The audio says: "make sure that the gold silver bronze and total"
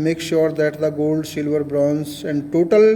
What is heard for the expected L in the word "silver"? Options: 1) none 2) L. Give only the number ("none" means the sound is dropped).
2